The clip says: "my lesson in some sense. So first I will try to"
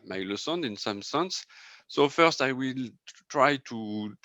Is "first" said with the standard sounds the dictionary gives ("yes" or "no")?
yes